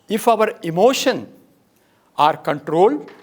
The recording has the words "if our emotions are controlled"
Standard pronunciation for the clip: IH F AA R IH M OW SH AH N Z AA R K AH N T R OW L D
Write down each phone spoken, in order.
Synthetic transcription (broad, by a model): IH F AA R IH M OW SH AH N AA R K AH N T R OW L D